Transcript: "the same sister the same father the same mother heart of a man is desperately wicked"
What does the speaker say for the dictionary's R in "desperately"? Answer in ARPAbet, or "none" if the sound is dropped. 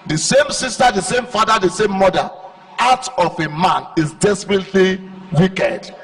R